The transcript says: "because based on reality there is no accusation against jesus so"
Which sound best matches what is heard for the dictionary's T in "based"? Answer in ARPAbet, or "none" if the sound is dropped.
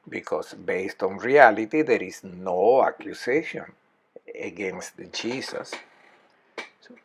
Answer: T